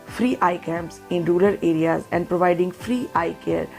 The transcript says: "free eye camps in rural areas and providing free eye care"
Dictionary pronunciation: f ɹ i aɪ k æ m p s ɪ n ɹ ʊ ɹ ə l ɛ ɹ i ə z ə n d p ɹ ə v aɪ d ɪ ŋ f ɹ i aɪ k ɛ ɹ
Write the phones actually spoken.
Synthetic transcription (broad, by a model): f ɹ i aɪ k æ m s ɪ n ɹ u l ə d ɛ ɹ i ə z ə n d p ɹ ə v aɪ d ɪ ŋ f ɹ i aɪ k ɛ ɹ